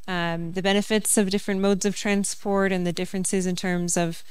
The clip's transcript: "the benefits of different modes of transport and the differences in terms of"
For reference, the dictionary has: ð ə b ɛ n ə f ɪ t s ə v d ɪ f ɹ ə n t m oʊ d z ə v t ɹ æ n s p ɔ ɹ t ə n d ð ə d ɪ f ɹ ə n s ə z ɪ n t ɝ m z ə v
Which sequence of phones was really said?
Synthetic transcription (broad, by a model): ð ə b ɛ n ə f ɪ t s ə v d ɪ f ɹ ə n m oʊ d z ə v t ɹ æ n s p ɔ ɹ t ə n ð ə d ɪ f ɹ ə n s ə z ɪ n t ɝ m z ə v